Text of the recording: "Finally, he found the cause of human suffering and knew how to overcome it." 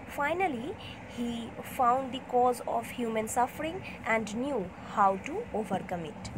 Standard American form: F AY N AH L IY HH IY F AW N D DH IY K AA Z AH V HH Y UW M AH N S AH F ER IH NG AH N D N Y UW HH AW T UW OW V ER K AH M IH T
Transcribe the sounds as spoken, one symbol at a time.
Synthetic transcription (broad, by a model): F AY N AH L IY HH IY F AW N D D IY K AA Z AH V HH Y UW M AH N S AH F ER IH NG AH N D N Y UW HH AW T UW OW V ER K AH M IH T